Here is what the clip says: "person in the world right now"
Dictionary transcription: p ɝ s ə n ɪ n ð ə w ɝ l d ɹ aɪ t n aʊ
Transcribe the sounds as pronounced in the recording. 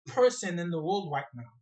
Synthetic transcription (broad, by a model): p ɝ s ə n ɪ n ð ə w ɝ l d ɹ aɪ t n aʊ